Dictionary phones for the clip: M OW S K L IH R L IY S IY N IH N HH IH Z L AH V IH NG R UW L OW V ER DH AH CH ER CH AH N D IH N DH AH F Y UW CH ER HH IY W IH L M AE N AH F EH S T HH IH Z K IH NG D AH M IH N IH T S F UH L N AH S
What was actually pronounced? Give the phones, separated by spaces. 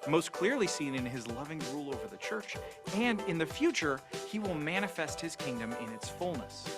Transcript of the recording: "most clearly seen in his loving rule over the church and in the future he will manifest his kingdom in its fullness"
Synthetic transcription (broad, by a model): M OW S K L IH R L IY S IY N IH N IH Z L AH V IH NG R UW L OW V ER DH AH CH ER CH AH N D IH N DH AH F Y UW CH ER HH IY W IH L M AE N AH F EH S T HH IH Z K IH NG D AH M IH N IH T S F UH L N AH S